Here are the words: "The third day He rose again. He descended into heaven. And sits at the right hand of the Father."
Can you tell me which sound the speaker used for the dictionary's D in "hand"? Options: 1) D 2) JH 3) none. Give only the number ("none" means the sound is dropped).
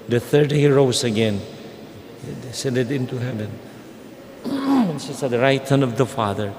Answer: 3